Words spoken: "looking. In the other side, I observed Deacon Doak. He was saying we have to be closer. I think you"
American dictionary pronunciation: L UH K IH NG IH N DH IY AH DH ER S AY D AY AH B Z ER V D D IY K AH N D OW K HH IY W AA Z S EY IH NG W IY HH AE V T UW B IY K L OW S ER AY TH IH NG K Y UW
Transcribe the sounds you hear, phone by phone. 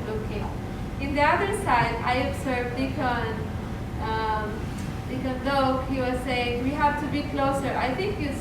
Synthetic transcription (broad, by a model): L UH K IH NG IH N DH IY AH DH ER S AY D AY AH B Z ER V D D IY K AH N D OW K HH IY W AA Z S EY IH NG W IY HH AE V T UW B IY K L OW S ER AY T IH NG K Y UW